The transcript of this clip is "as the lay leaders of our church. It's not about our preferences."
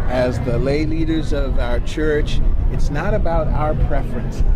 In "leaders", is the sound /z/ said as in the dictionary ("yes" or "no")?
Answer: yes